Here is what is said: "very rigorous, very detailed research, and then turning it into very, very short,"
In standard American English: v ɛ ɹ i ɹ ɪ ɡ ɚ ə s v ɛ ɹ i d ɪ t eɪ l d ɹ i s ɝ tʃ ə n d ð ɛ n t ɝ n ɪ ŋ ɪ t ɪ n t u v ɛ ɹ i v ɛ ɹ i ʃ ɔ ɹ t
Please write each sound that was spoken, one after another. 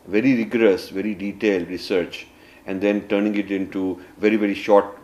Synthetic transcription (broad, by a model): v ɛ ɹ i ɹ ɪ ɡ ɚ ə s v ɛ ɹ i d ɪ t eɪ l d ɹ i s ɝ tʃ ə n d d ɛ n t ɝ n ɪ ŋ ɪ t ɪ n t u v ɛ ɹ i v ɛ ɹ i ʃ ɔ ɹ t